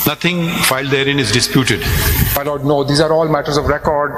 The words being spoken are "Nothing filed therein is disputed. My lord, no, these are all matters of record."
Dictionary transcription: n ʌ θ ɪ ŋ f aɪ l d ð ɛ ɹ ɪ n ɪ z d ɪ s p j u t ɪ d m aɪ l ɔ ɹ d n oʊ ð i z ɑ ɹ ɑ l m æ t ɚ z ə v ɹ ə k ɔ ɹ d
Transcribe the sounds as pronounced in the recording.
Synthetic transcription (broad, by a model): n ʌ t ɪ ŋ f aɪ l d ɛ ɹ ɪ n ɪ z d ɪ s p j u t ɪ d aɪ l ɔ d n oʊ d i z ɑ ɹ ɑ l m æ t ɚ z ə v ɹ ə k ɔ ɹ d